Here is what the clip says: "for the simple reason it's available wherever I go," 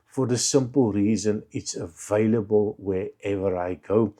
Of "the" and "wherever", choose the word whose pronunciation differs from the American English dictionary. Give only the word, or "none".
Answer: none